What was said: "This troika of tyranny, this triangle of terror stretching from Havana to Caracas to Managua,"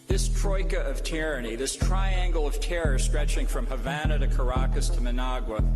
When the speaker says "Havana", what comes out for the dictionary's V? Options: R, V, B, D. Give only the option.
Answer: V